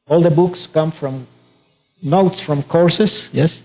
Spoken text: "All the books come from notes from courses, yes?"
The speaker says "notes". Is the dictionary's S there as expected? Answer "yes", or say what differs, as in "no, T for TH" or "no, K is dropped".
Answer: yes